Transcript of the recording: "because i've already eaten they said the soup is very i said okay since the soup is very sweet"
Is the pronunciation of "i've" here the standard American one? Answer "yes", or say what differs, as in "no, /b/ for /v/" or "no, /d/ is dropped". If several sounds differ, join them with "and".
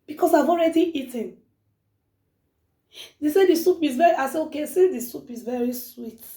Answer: yes